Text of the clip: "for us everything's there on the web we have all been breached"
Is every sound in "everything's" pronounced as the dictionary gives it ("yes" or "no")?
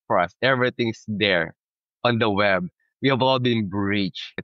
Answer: no